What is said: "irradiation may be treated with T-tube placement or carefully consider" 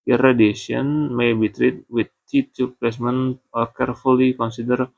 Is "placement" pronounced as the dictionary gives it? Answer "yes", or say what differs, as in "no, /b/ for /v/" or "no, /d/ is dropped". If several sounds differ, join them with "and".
no, /t/ is dropped